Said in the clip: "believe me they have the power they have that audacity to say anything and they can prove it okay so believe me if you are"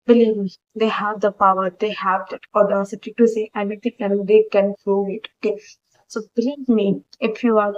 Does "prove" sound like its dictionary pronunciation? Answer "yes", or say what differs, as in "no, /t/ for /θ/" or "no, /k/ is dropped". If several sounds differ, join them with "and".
no, /v/ is dropped